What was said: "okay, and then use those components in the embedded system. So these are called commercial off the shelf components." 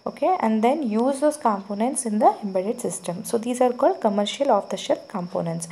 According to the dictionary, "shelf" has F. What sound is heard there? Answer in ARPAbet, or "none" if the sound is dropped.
P